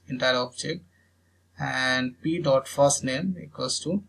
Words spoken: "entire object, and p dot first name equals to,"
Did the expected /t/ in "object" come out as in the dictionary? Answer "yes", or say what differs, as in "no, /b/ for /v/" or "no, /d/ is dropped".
no, /t/ is dropped